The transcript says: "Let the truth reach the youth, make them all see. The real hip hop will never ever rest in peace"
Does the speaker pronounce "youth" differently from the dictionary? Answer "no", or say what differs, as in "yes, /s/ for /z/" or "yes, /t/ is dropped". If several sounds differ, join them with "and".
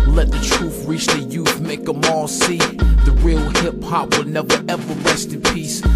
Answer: no